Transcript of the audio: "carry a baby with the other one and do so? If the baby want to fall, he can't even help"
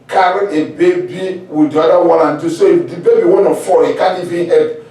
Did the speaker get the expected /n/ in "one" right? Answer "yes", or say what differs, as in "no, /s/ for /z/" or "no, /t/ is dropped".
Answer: no, /l/ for /n/